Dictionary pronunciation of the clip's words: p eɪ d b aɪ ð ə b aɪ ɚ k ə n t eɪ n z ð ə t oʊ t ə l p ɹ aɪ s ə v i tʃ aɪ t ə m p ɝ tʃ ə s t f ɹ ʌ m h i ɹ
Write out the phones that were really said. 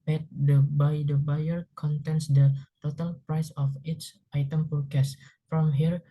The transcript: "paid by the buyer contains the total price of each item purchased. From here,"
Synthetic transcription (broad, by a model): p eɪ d b aɪ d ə b aɪ ɚ k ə n t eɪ n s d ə t oʊ t ə l p ɹ aɪ s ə f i s aɪ t ə m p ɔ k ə s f ɹ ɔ m h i ɹ